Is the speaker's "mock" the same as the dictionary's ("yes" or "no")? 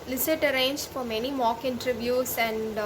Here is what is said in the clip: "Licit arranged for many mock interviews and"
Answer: yes